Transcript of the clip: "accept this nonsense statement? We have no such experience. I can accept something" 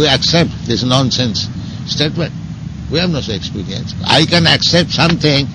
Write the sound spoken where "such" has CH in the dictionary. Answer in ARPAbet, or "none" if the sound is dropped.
none